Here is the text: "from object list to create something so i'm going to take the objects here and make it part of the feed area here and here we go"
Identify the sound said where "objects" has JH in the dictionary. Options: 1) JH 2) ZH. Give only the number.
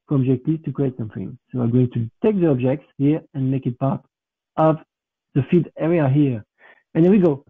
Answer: 1